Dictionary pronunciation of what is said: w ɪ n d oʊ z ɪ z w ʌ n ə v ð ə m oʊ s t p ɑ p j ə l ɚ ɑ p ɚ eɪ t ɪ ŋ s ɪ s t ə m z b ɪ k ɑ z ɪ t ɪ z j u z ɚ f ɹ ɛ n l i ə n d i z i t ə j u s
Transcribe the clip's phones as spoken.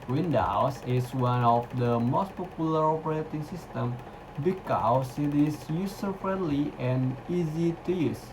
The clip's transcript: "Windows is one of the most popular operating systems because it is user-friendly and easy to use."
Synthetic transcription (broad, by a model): w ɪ n d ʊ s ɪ s w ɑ n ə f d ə m oʊ s t p ɑ p j ə l ɚ ɑ p ɚ eɪ t ɪ ŋ s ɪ s t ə m b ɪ k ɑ s ɪ t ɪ s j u s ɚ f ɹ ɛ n l i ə n i z i t ə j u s